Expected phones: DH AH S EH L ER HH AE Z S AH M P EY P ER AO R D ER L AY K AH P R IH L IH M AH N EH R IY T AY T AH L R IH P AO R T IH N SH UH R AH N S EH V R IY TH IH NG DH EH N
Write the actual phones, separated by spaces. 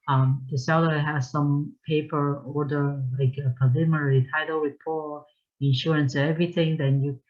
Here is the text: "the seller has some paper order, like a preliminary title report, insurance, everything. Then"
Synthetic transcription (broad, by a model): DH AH S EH L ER HH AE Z S AH M P EY P ER AO R D ER L AY K AH P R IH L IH M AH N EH R IY T AY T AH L W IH P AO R IH N SH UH R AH N S EH V R IY TH IH NG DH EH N